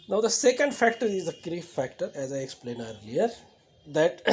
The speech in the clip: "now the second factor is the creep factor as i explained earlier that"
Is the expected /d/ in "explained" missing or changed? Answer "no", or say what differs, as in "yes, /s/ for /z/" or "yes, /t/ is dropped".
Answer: yes, /d/ is dropped